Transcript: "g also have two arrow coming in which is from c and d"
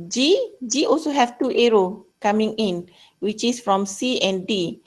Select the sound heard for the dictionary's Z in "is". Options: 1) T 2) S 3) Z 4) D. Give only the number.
2